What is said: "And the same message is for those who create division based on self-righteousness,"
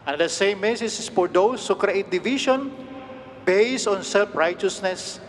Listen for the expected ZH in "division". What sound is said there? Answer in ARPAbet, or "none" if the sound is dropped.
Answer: SH